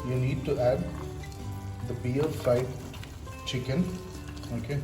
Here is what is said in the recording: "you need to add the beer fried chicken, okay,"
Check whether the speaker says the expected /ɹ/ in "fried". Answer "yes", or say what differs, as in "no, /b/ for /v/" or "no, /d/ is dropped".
no, /ɹ/ is dropped